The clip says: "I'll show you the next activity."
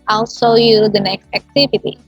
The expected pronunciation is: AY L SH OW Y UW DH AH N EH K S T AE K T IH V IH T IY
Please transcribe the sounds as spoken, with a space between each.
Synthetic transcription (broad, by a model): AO L S OW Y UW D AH N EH K S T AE K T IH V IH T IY